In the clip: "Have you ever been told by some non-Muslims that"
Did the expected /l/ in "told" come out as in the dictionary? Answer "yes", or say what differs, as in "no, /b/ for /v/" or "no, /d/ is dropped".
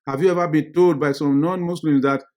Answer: yes